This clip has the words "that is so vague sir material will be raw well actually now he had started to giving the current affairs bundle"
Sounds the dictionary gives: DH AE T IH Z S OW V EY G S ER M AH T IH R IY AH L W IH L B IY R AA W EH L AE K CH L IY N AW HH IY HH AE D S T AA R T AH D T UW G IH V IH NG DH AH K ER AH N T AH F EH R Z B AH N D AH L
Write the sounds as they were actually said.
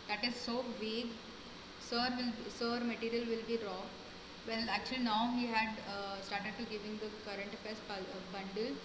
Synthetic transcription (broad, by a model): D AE T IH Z S OW V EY G S ER M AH T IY R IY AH L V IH L B IY R AA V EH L AE K CH L IY N AW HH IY HH AE D S T AA R T AH D T UW G IH V IH NG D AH K ER AH N T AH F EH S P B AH N D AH L